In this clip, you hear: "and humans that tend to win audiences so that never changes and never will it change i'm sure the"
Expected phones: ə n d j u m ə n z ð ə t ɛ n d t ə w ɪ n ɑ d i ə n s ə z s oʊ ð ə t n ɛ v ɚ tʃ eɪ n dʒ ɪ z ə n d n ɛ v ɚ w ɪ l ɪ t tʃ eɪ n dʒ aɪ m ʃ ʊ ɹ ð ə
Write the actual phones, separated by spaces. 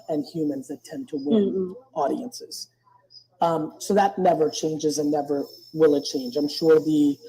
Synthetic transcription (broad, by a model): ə n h j u m ə n z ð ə t ɛ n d t ə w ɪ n ɑ d i ə n s ə z s oʊ ð ə t n ɛ v ɚ tʃ eɪ n dʒ ɪ z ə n n ɛ v ɚ w ɪ l ɪ t tʃ eɪ n dʒ aɪ m ʃ ʊ ɹ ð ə